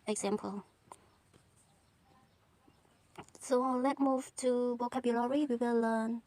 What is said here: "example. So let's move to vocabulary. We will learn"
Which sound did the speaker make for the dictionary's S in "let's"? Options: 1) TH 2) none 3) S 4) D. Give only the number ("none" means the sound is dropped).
2